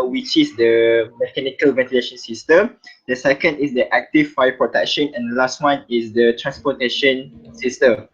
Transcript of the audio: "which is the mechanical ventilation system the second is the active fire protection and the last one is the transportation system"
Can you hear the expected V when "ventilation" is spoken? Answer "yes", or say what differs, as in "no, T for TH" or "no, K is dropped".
yes